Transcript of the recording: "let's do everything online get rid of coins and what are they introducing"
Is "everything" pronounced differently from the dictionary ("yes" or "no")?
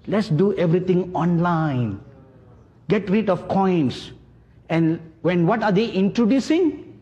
yes